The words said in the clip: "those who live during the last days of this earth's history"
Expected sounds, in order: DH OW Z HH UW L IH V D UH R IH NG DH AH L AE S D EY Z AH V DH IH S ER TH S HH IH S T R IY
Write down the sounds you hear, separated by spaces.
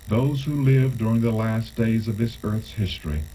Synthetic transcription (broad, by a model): DH OW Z HH UW L IH V D UH R IH NG DH AH L AE S D EY Z AH V DH IH S ER TH S HH IH S T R IY